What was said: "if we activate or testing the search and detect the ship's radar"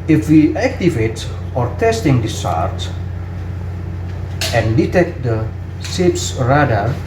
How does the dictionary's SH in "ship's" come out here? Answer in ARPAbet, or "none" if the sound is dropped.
S